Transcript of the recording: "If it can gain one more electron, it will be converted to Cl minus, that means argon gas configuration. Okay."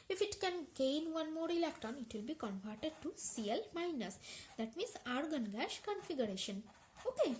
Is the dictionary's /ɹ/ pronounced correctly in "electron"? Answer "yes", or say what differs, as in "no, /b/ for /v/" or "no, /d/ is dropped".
no, /ɹ/ is dropped